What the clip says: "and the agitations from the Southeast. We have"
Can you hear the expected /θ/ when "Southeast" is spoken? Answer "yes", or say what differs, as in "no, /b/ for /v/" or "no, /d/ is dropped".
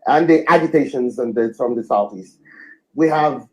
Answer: yes